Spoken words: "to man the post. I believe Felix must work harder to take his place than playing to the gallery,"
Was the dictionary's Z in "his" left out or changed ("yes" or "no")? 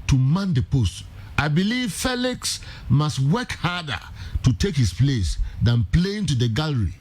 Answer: yes